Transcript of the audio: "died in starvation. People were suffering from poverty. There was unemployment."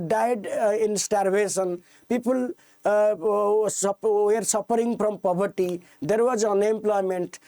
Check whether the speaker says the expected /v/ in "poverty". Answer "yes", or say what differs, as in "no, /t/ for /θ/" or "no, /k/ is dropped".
no, /b/ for /v/